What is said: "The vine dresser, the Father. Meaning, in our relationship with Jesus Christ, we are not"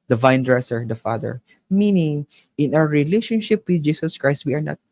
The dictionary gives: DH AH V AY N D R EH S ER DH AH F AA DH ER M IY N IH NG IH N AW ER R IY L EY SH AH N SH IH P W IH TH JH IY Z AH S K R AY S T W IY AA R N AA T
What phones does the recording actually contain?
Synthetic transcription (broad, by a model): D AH V AY N D R EH S ER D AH F AA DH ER M IY N IH NG IH N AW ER R IY L EY SH AH N SH IH P W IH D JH IY S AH S K R AY S T W IY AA R N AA T